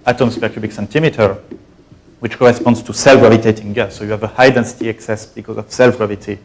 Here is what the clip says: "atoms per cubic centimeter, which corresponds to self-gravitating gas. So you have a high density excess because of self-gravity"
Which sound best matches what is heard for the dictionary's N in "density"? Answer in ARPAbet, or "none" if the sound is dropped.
N